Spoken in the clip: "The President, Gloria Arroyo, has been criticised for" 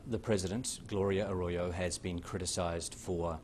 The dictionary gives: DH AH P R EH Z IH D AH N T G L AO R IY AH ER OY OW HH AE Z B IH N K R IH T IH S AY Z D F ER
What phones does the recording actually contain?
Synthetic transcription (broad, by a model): DH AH P R EH Z IH D AH N T G L AO R IY AH ER OY OW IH Z B IH N K R IH T IH S AY Z D F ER